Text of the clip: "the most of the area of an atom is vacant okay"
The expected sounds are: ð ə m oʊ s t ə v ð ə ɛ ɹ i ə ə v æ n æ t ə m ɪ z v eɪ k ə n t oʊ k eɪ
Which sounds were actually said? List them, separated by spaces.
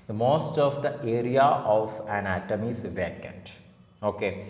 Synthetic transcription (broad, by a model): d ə m oʊ s t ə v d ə ɛ ɹ i ə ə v æ n æ t ə m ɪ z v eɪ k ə n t oʊ k eɪ